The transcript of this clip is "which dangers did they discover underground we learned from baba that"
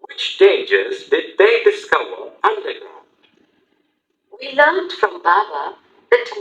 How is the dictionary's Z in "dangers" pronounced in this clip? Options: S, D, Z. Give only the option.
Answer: Z